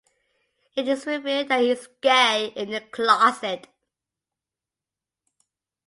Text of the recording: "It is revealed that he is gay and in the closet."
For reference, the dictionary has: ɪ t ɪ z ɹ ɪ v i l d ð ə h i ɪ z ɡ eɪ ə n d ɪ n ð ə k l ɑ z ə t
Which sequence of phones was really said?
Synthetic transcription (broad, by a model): ɪ t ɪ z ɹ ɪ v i d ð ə h i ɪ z ɡ eɪ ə ɪ n ð ə k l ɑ s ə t